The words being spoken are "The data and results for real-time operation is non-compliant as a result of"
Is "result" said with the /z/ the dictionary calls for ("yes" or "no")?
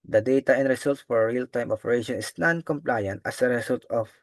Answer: no